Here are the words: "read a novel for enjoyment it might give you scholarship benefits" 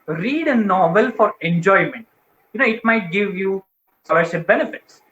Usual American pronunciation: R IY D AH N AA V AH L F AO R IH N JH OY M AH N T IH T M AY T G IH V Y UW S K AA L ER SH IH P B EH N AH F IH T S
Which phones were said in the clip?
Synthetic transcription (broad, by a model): R IY D AH N AA V AH L F AO R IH N JH OY M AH N T IH T M AY T G IH V Y UW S AA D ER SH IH B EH N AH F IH T S